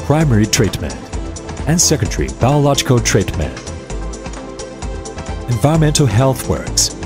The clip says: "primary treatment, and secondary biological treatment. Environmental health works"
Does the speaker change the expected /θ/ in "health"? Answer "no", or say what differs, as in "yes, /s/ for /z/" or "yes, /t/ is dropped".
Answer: no